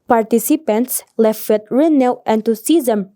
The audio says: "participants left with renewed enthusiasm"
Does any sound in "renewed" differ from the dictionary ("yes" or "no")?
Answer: yes